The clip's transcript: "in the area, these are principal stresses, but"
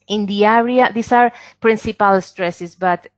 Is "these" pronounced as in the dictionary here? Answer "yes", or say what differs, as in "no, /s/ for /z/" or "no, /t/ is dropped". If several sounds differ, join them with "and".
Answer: no, /s/ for /z/